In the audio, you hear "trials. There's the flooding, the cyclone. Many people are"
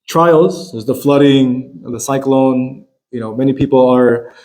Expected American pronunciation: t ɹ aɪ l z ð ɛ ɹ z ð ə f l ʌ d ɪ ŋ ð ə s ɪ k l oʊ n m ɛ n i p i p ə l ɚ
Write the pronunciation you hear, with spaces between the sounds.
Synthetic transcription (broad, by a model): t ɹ aɪ l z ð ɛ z ð ə f l ʌ d ɪ ŋ ð ə s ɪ k l oʊ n m ɛ n i p i p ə l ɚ